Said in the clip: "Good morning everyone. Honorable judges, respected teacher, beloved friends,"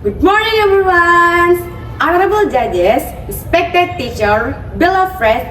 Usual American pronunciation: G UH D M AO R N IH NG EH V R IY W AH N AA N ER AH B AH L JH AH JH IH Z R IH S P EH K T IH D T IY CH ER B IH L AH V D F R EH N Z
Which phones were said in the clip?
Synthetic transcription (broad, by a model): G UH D M AO R N IH NG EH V R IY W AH N AA N ER AH B AH L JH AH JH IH S R IH S P EH K T IH D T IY CH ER B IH L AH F R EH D